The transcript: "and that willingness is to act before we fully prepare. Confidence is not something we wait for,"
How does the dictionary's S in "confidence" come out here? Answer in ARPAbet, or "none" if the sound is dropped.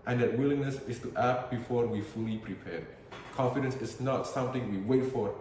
S